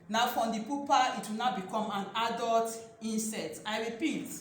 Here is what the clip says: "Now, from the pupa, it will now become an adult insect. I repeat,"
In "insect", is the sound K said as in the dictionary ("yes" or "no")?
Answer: no